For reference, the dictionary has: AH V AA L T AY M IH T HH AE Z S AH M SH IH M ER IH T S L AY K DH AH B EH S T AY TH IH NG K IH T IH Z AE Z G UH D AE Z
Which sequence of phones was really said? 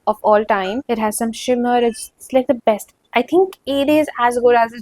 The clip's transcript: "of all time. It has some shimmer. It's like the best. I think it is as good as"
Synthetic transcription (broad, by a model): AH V AA L T AY M IH T HH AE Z S AH M SH IH M ER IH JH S L AY K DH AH B EH S T AY T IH NG K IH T IH Z AE Z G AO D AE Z